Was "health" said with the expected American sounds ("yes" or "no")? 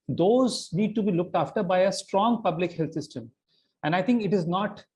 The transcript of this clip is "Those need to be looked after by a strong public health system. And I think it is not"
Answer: no